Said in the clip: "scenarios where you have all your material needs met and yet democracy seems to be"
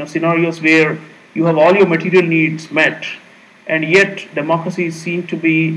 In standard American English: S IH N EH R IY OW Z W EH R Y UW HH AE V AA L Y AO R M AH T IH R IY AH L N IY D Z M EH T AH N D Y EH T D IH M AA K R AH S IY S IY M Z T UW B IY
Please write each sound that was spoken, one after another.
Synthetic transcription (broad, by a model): S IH N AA R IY OW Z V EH R Y UW HH AE V AA L Y AO R M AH T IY R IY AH L N IY D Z M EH T AH N D Y EH T D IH M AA K R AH S IY S IY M T UW B IY